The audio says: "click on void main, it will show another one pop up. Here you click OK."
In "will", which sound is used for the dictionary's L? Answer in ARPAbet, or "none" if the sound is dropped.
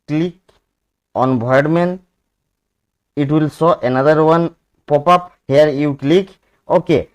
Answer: L